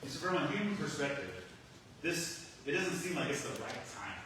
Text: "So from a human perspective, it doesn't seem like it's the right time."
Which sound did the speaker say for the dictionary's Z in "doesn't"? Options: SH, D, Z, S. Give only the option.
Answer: Z